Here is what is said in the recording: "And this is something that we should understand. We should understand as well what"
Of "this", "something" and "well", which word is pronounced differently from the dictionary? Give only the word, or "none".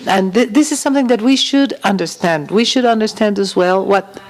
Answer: none